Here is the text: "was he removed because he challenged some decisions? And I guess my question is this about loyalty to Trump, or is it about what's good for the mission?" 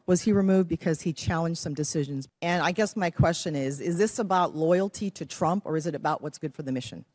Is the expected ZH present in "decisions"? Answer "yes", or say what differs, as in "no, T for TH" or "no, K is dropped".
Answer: yes